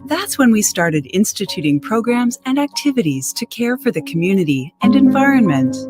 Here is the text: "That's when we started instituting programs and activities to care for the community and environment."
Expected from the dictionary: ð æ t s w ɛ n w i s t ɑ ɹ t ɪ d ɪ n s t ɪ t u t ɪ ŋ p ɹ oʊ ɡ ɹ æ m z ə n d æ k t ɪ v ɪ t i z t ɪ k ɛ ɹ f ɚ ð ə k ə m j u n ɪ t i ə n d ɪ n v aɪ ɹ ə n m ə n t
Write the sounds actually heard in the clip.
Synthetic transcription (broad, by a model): ð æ t s w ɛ n w i s t ɑ ɹ t ɪ d ɪ n s t ɪ t u t ɪ ŋ p ɹ oʊ ɡ ɹ æ m z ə n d æ k t ɪ v ɪ t i z t ɪ k ɛ ɹ f ɚ ð ə k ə m j u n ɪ t i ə n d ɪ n v aɪ ɹ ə n m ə n t